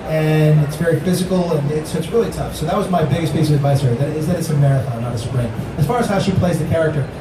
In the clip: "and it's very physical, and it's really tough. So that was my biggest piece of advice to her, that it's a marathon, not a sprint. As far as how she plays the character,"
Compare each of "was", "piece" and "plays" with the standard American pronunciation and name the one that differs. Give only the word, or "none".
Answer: none